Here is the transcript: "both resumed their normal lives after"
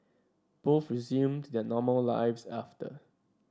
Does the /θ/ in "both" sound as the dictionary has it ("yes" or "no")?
no